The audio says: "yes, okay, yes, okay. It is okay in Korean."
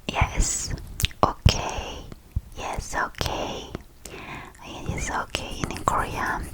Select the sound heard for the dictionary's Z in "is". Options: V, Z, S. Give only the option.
S